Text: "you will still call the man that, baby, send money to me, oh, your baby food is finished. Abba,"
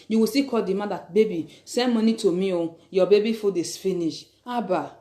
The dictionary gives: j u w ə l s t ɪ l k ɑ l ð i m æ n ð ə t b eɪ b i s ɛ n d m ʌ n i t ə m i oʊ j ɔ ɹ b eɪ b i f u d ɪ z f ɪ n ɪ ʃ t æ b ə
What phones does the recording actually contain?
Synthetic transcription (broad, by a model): j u w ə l s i k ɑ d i m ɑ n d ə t b eɪ b i s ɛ n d m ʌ n i t ə m i oʊ j ɔ b eɪ b i f u d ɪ s f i n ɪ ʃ ɑ b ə